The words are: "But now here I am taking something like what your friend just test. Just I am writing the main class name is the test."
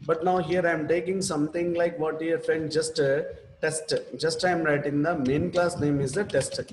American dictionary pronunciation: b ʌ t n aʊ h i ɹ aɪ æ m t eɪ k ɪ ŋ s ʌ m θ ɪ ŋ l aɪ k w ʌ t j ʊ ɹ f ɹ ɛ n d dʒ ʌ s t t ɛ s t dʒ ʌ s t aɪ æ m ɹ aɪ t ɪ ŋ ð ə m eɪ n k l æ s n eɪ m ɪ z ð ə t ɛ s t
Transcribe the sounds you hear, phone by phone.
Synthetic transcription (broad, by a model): b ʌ t n aʊ h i ɹ aɪ m t eɪ k ɪ ŋ s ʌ m t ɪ ŋ l aɪ k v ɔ t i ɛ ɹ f ɛ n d dʒ ʌ s t t ɛ s t dʒ ʌ s t aɪ m ɹ aɪ t ɪ ŋ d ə m eɪ n k l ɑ s n eɪ m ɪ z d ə t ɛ s t